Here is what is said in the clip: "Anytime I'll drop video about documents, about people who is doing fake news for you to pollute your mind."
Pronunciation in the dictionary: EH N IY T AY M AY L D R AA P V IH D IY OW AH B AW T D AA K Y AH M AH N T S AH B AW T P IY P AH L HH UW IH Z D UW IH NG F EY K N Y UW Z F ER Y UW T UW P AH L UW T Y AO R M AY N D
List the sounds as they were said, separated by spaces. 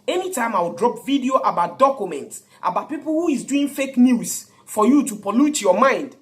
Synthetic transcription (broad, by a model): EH N IY T AY M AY W D R AA P V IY D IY OW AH B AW T D AA K Y AH M AH N T S AH B AW T P IY P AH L HH UW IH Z D UW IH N F EY K N Y UW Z F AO Y UW T UW P AH L UW T Y AO M AY N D